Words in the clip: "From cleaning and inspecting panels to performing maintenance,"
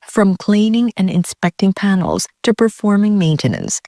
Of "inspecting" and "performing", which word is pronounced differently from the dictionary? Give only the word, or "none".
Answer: none